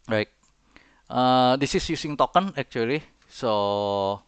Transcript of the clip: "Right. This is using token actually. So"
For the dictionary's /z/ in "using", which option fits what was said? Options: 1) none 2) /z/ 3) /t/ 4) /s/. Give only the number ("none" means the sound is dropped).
4